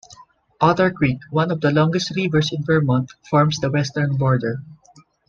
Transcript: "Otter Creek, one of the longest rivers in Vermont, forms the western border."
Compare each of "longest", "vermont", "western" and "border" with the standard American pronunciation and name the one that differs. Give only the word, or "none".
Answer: vermont